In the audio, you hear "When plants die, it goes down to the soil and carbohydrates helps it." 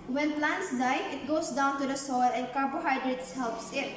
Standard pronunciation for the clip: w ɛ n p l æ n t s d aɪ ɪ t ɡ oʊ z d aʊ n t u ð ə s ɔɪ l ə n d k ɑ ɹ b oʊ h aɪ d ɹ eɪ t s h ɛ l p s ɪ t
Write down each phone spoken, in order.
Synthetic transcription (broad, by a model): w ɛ n p l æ n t s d aɪ ɪ t ɡ oʊ s d aʊ n t u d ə s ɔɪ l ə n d k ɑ ɹ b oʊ h aɪ d ɹ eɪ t s h ɛ l p s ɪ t